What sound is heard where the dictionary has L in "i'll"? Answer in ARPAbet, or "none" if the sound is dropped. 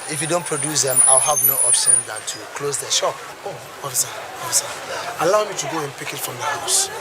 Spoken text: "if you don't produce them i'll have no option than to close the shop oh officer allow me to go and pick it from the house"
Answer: L